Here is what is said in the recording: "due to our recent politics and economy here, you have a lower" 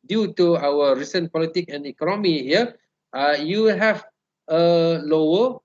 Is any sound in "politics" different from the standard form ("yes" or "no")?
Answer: yes